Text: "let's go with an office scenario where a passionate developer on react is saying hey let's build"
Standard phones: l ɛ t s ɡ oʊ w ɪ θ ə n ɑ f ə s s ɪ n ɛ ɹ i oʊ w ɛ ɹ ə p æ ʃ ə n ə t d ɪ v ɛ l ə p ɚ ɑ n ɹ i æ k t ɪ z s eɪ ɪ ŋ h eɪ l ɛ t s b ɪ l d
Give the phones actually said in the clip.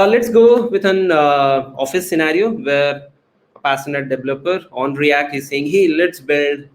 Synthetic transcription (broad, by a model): l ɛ t s ɡ oʊ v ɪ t ə n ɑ f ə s s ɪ n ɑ ɹ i oʊ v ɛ ɹ ə p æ s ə n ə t d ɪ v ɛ l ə p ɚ ɑ n ɹ i æ k t ɪ z s eɪ ɪ ŋ h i l ɛ t s b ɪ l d